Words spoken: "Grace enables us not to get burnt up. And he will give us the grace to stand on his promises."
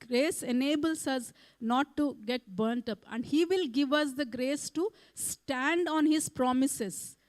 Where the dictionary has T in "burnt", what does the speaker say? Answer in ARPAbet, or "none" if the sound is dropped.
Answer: T